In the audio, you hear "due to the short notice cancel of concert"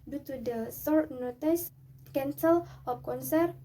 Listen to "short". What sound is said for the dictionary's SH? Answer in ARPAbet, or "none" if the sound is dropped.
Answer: S